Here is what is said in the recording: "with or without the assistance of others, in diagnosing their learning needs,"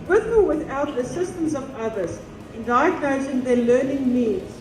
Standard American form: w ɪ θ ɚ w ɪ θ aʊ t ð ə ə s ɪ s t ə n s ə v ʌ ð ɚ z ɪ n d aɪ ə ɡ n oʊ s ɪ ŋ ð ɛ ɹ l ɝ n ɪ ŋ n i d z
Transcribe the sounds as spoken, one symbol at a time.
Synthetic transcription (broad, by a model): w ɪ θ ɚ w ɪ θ aʊ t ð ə ə s ɪ s t ə n s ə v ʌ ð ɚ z ɪ n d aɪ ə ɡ oʊ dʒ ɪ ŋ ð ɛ l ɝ n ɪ ŋ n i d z